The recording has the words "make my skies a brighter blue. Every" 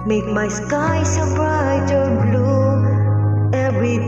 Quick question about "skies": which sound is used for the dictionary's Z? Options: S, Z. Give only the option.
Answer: S